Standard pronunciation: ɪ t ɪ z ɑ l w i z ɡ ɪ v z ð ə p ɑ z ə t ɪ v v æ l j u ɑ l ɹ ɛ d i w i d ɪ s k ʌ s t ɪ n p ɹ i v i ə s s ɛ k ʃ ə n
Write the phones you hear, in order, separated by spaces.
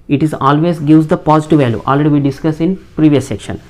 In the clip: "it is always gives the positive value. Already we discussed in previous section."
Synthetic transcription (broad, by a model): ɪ t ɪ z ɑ l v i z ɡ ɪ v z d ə p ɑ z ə t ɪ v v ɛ l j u ɑ l ɹ ɛ d i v i d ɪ s k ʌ s ɪ n p ɹ i v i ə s s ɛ k ʃ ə n